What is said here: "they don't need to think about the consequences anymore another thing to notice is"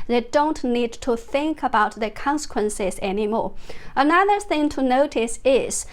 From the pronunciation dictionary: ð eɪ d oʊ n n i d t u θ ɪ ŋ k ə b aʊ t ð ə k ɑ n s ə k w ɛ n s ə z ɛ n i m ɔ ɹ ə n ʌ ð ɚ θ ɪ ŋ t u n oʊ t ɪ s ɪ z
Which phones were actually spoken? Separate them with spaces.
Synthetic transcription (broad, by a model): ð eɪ d oʊ n n i d t u θ ɪ ŋ k ə b aʊ t ð ə k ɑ n s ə k w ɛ n s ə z ɛ n i m ɔ ɹ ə n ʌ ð ɚ θ ɪ ŋ t u n oʊ t ɪ s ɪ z